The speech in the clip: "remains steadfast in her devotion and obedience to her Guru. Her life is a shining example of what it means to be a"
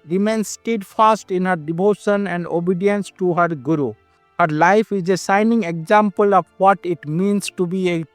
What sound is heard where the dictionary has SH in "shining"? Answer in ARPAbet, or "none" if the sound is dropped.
S